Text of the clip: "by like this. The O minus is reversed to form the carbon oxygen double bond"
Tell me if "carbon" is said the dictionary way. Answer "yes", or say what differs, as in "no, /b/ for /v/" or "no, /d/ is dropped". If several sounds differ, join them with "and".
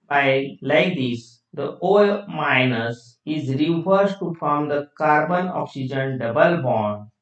yes